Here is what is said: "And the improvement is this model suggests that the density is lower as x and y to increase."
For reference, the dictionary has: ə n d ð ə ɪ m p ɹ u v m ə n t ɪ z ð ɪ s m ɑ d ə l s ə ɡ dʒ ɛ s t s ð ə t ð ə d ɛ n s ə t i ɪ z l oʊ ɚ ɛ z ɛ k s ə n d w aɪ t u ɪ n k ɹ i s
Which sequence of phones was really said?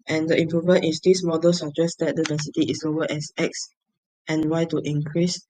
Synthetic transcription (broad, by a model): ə n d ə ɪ m p ɹ u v m ə n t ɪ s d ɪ s m ɑ d ə l s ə dʒ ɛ s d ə t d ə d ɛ n s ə t i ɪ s oʊ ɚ ɛ s ɛ k s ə n w aɪ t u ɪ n k ɹ i s